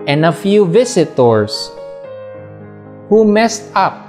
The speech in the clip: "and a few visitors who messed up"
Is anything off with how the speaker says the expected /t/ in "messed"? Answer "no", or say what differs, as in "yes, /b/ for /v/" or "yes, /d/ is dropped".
no